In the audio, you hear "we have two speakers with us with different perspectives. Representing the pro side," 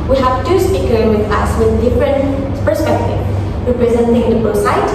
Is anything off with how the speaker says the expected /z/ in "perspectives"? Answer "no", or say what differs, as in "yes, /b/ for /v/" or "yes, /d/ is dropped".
yes, /z/ is dropped